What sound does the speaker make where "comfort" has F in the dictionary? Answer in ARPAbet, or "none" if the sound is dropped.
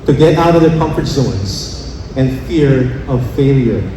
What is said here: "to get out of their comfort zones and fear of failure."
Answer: F